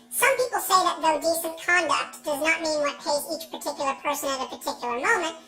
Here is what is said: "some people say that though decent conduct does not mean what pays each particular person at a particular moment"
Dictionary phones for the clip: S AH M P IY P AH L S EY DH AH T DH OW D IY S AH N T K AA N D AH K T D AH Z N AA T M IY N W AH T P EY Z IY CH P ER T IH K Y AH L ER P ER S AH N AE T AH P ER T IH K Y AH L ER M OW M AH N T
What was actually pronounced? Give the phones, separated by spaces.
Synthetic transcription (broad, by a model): S AH M P IY P L S EY DH AH T DH OW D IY S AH N K AA N D AH K T D AH Z N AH T M IY N W AH T P EY Z IY CH P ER T IH K Y L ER P ER S AH N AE T AH P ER T IH K Y L ER M OW M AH N T